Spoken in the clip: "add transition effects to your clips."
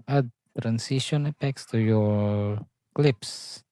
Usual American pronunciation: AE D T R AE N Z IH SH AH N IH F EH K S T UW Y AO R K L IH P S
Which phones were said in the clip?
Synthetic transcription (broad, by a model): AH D T R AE N S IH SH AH N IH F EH K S T UW Y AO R K L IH P S